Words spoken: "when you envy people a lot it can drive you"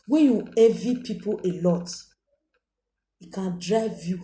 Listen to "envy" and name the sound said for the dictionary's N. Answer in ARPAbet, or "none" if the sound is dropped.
none